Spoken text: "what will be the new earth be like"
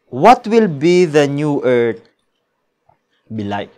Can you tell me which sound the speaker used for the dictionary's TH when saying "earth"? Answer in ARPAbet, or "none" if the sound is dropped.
T